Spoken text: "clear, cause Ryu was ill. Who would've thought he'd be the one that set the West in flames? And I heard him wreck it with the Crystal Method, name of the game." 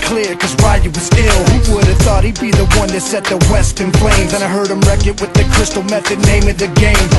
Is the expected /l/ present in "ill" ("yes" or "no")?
yes